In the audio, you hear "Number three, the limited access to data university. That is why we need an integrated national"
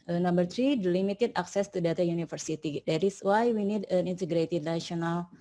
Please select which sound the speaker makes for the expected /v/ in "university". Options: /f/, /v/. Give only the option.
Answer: /f/